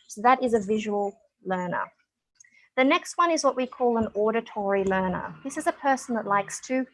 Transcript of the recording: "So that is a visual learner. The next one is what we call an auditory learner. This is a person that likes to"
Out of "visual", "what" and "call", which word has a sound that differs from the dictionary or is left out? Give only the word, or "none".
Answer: none